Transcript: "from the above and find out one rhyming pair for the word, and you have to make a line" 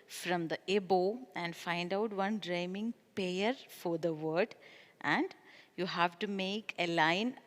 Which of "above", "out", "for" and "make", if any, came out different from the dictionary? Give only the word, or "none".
above